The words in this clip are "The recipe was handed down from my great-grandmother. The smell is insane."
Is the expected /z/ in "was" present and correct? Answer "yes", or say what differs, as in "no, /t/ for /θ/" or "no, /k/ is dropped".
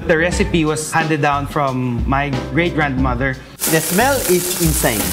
no, /s/ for /z/